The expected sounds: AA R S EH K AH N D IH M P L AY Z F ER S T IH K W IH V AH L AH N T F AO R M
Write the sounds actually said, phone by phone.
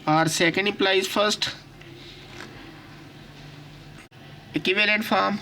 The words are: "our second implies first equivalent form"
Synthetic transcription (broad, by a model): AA R S EH K AH N D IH P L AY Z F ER S T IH K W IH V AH L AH N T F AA R M